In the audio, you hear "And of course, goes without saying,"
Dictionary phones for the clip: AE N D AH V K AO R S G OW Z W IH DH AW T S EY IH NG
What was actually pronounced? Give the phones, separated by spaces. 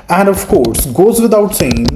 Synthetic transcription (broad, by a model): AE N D AH V K AO R S G OW Z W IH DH AW T S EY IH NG